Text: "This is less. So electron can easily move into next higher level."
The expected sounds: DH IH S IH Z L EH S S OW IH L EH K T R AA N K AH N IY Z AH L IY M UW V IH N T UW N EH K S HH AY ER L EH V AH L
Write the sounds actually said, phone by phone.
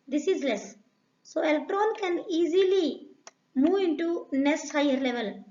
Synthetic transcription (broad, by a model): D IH S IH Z L EH S S OW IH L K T R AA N K AH N IY Z AH L IY M UW V IH N T UW N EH S HH AY ER L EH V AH L